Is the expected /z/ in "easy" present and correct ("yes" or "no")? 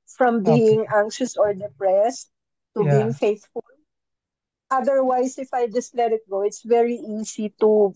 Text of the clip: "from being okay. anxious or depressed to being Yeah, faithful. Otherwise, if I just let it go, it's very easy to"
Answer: no